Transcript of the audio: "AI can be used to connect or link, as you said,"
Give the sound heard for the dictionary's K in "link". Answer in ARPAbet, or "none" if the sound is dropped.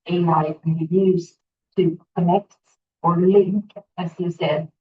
K